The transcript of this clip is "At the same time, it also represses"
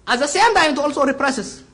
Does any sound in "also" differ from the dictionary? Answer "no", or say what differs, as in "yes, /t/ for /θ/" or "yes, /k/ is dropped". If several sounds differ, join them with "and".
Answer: no